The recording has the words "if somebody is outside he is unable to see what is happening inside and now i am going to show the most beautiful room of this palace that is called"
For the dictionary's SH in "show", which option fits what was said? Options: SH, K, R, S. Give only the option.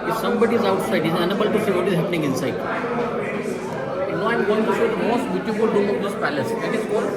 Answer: S